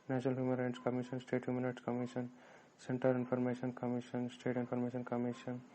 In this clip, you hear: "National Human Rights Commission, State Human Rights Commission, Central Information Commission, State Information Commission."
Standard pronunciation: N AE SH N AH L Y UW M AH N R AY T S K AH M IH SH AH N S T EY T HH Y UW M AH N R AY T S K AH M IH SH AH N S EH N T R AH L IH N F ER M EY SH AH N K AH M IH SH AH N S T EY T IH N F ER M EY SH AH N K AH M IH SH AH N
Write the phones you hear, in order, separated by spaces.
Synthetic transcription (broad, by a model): N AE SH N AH L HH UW M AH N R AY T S K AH M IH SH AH N S T EY T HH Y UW M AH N R AY T S K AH M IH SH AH N S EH N T AH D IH N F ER M EY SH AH N K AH M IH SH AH N S T EY T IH N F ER M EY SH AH N K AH M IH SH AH N